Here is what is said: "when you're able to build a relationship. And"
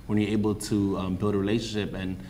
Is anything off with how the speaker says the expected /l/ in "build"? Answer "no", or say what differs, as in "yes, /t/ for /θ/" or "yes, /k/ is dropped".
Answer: no